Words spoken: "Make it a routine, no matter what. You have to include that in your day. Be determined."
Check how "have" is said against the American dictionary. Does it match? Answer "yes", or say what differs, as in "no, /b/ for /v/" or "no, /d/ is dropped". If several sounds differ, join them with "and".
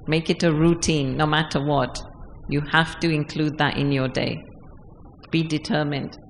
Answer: no, /f/ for /v/